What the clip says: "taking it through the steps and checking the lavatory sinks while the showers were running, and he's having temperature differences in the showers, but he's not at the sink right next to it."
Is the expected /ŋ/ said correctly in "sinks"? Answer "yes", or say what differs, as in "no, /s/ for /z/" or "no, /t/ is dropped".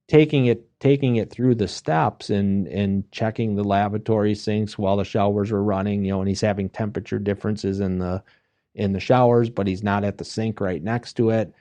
yes